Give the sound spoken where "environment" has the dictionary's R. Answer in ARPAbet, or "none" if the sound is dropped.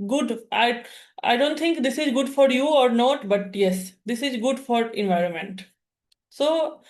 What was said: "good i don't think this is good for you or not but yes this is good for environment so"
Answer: R